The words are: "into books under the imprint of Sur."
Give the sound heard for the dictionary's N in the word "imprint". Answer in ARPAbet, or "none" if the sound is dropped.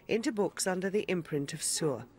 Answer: N